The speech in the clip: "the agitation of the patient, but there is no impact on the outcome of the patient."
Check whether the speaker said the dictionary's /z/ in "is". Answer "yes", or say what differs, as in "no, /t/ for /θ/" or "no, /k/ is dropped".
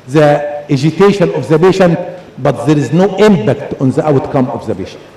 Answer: yes